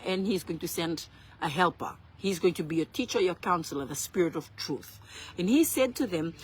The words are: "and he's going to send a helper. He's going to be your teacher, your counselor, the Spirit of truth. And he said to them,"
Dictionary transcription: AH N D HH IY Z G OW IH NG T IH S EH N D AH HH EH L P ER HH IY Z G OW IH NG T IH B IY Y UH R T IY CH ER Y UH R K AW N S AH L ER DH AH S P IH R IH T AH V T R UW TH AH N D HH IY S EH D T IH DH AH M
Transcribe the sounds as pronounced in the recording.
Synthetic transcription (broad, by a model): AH N HH IY Z G OW IH NG T IH S EH N D AH HH EH L P ER HH IY Z G OW IH NG T IH B IY Y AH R T IY CH ER Y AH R K AW N S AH L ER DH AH S P IH R IH T AH V T R UW TH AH N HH IY S EH D T IH DH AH M